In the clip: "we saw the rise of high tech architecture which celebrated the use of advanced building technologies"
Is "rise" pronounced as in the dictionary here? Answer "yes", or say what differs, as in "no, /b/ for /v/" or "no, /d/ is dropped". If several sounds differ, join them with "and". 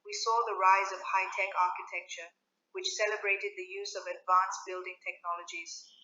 yes